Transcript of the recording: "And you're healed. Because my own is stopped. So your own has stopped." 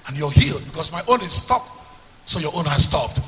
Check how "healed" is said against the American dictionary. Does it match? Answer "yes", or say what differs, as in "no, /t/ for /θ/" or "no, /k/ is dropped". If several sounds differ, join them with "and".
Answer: yes